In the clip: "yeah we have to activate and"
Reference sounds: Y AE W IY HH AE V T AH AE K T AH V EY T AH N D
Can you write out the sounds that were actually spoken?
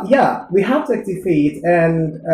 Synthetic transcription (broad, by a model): Y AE W IY HH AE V T AH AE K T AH F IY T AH N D